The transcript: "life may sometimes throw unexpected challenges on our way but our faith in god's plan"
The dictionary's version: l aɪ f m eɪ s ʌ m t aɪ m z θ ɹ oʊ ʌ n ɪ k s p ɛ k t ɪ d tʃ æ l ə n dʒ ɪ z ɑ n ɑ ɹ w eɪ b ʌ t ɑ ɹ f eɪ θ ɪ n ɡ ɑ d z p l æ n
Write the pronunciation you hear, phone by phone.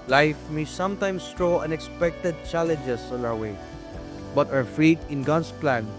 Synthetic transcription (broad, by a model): l aɪ f m eɪ s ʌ m t aɪ m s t ɹ oʊ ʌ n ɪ k s p ɛ k t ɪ d tʃ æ l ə n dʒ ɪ s ɑ n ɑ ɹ w eɪ b ʌ t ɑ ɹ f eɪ t ɪ n ɡ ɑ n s p l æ n